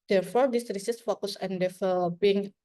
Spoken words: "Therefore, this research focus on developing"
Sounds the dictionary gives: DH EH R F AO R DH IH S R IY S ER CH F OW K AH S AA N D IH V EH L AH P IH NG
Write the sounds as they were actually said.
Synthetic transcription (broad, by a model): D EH R F AO R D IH S R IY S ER S F OW K AH S AA N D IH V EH L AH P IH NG